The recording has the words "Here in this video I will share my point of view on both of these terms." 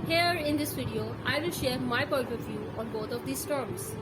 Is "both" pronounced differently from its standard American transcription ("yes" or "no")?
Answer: yes